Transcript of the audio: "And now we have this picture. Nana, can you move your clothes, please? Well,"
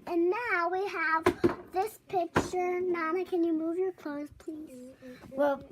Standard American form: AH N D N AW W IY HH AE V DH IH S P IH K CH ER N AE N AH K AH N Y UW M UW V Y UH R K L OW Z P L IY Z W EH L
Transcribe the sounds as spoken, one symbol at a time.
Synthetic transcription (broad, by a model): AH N N AW W IY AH V DH IH S P IH K CH ER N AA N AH K AH N Y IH M UW V Y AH R K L OW S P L IY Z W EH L